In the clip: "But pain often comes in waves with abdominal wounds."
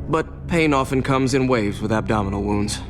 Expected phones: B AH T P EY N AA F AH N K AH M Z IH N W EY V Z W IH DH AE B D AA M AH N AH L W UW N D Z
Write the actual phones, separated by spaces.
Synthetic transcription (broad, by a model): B AH T P EY N AA F AH N K AH M Z IH N W EY V Z W IH DH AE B D AA M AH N L W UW N D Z